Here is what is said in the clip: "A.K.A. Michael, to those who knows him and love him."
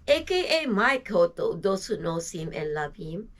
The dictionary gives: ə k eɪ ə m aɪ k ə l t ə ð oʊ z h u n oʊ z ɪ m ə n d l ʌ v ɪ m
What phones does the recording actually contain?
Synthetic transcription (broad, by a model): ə k eɪ ə m aɪ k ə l t ə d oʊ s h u n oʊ s ɪ m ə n l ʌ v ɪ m